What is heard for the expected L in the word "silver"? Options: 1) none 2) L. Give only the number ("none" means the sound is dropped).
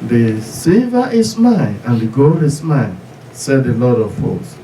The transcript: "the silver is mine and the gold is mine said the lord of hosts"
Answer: 1